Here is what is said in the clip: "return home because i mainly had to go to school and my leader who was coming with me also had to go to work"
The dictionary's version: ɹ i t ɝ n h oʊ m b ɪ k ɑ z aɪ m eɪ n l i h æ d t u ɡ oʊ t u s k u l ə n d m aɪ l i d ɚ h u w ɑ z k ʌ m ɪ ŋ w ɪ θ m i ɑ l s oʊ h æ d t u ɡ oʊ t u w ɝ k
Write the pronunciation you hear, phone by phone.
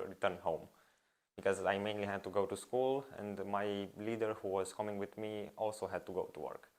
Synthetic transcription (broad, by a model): ɹ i t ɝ n h oʊ m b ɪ k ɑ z aɪ m eɪ n l i h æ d t u ɡ oʊ t u s k u l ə n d m aɪ l i d ɚ h u w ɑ s k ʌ m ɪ ŋ w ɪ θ m i ɑ l s oʊ h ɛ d t u ɡ oʊ t u w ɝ k